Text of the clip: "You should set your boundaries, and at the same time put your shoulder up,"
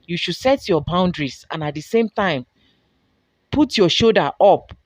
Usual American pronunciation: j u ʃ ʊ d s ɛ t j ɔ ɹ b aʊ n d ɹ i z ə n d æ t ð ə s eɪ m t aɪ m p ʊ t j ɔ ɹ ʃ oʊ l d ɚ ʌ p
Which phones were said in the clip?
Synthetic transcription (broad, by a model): j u ʃ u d s ɛ t j ɔ b aʊ n d ɹ i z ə n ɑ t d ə s eɪ m t aɪ m p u t j ɔ ʃ oʊ d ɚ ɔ p